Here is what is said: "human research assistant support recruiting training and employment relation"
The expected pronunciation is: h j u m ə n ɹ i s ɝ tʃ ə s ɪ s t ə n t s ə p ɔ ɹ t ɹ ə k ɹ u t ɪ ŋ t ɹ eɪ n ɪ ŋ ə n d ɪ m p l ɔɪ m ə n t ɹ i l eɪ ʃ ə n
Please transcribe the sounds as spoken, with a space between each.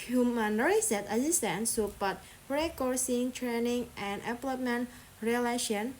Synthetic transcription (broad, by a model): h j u m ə n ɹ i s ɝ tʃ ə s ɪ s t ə n s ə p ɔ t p ɹ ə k ɔ s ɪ ŋ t ɹ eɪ n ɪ ŋ ə n d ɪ p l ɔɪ m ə n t ɹ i l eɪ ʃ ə n